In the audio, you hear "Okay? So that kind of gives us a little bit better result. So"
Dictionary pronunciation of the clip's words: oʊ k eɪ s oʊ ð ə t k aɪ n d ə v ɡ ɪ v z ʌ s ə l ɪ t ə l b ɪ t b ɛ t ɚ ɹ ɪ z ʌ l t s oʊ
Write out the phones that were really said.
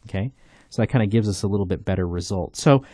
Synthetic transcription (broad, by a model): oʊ k eɪ s oʊ ð ə t k aɪ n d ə ɡ ɪ v z ʌ s ə l ɪ t l b ɪ t b ɛ t ɚ ɹ ɪ z ʌ l t s oʊ